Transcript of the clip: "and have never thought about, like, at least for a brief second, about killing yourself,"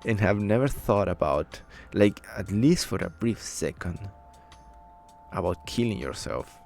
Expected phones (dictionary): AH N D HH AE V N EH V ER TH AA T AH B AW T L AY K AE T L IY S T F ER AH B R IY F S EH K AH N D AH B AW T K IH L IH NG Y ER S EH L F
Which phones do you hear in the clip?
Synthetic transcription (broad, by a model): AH N HH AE V N EH V ER TH AA T AH B AW T L AY K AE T L IY S T F ER AH B R IY F S EH K AH N D AH B AW T K IH L IH NG Y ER S EH L F